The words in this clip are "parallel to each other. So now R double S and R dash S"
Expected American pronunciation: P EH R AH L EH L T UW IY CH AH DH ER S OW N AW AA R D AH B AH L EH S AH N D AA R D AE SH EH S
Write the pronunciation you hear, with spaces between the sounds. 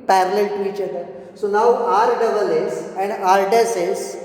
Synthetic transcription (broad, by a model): P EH R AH L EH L T UW IY CH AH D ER S OW N AW AA R D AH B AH L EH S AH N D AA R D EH S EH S